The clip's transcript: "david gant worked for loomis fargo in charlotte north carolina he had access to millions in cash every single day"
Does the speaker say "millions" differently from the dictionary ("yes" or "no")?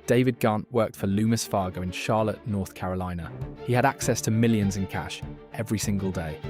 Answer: no